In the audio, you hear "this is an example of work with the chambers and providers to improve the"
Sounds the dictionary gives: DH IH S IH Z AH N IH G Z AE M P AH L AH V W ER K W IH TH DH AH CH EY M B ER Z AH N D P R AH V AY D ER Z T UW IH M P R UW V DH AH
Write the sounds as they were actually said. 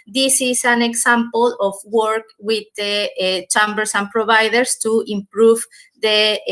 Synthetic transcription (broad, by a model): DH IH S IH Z AH N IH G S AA M P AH L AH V W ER K W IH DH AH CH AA M B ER S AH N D P R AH B AY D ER S T UW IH M P R UW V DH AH